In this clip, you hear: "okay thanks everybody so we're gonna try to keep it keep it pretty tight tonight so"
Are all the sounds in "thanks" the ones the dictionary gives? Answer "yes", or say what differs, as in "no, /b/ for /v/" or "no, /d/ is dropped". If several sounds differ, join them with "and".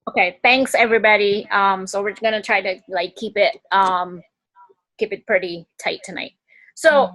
yes